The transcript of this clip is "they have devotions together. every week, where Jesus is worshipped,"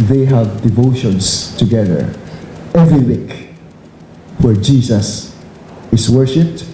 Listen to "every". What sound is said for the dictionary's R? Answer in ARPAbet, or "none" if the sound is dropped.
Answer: R